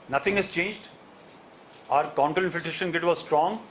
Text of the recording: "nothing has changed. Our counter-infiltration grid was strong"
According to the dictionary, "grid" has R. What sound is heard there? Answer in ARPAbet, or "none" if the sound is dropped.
none